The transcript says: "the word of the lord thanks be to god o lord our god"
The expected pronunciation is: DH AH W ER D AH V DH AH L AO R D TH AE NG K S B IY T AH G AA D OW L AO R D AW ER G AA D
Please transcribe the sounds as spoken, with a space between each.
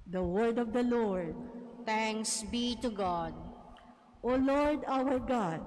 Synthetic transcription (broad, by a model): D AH W ER D AH V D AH L AO R D T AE NG K S B IY T AH G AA D OW L AO R D AW ER G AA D